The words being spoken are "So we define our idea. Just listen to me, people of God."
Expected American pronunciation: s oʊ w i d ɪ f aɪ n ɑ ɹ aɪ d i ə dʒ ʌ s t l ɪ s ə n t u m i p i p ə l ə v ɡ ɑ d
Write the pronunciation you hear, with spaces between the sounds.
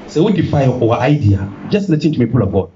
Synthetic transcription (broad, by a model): s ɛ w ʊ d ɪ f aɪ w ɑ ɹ aɪ d i ə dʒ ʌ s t n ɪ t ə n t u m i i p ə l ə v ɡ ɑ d